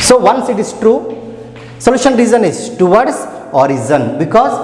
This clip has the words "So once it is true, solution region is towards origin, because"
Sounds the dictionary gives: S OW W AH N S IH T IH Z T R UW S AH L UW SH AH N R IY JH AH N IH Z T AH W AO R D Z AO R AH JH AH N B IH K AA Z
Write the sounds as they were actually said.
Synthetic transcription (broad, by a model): S OW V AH N S IH T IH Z T R UW S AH L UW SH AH N R IY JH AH N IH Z T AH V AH R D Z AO R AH Z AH N B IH K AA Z